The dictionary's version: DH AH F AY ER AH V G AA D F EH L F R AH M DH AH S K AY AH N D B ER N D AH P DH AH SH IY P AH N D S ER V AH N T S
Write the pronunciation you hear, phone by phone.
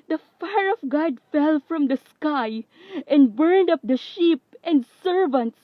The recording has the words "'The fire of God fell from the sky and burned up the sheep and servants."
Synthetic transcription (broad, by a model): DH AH F AY ER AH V G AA D F EH L F R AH M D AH S K AY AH N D B ER N D AH P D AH SH IY P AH N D S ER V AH N T S